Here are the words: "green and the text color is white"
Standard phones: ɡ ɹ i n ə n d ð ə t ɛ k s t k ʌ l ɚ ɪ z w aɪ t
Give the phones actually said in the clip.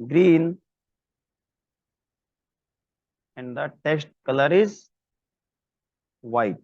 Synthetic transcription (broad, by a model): ɡ ɹ i n ə n d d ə t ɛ s t k ʌ l ɚ ɪ z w aɪ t